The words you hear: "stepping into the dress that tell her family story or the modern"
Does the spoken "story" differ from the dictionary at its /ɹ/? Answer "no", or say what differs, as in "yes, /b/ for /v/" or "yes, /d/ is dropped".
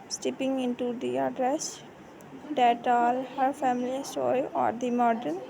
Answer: yes, /ɹ/ is dropped